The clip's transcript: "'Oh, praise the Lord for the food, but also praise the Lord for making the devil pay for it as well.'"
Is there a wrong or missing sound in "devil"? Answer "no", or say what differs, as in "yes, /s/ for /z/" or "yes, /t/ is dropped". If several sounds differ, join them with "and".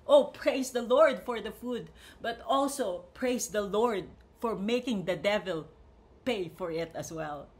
no